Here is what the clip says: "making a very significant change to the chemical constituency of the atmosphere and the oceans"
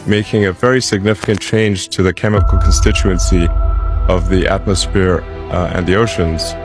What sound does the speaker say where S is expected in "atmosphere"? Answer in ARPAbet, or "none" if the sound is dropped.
S